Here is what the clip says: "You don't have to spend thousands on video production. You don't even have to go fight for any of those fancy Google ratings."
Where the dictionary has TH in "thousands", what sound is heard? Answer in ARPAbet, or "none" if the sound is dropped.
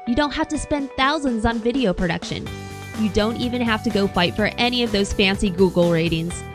TH